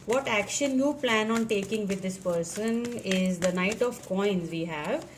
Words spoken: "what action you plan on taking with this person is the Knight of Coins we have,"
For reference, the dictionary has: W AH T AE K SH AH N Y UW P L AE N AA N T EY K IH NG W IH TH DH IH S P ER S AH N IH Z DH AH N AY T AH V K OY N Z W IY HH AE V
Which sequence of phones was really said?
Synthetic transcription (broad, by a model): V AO T AE K SH AH N Y UW P L AE N AA N T EY K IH NG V IH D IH S P ER S AH N IH Z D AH N AY T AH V K OY N Z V IY HH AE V